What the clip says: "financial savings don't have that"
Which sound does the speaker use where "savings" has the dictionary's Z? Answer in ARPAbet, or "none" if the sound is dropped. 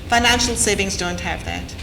Z